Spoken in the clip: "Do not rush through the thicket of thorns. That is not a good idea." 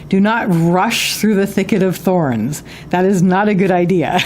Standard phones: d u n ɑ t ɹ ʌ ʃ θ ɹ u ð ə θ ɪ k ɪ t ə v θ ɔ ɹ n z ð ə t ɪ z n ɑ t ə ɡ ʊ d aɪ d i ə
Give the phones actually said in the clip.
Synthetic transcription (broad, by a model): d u n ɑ t ɹ ʌ ʃ θ ɹ u ð ə θ ɪ k ɪ t ə v θ ɔ ɹ n z ð ə t ɪ z n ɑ t ə ɡ ʊ d aɪ d i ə